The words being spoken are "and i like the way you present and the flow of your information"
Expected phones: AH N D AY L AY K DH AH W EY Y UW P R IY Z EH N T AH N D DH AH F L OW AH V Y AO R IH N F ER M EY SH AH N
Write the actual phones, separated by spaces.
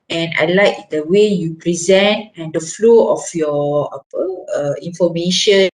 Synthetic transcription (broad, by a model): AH N AY L AY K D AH W EY Y UW P R IY Z EH N T AH N D AH F L OW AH F Y AO L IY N F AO M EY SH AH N